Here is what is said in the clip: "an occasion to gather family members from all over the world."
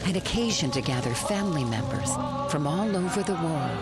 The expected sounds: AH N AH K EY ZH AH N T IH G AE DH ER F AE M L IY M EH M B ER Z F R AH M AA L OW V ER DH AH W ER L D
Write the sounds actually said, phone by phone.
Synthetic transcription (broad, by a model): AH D AH K EY ZH AH N T IH G AE DH ER F AE M L IY M EH M B ER Z F R AH M AA L OW V ER DH AH W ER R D